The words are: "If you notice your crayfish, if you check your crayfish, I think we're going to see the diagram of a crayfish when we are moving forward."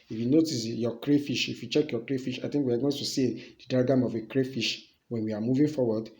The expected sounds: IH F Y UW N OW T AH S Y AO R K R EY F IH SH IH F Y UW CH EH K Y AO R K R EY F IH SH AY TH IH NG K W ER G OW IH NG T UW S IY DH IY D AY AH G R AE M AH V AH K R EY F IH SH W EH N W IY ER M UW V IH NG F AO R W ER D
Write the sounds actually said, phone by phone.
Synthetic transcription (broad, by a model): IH F Y UW N OW T AH S Y AO K R EY F IH SH IH F Y UW CH EH K Y AO K R EY F IH SH AY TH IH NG K W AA G OW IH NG T UW S IY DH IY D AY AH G AA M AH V AH K R EY F IH SH W EH N W IY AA M UW V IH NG F AO W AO D